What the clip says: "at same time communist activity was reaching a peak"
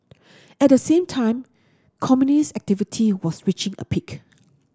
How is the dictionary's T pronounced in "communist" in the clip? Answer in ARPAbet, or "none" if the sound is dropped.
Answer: none